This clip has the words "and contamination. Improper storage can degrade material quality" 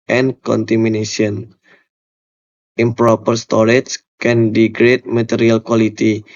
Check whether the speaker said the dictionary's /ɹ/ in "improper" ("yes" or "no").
yes